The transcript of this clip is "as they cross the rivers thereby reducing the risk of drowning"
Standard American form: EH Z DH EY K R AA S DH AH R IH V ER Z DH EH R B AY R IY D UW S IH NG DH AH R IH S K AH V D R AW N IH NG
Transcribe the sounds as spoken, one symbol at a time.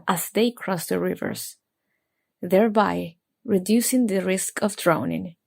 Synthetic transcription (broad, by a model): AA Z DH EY K R AA S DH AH R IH V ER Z DH EH R B AY R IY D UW S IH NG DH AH R IH S K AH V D R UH N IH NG